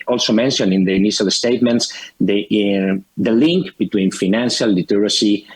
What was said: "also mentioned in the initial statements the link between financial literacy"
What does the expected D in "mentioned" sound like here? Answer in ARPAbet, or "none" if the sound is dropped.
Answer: none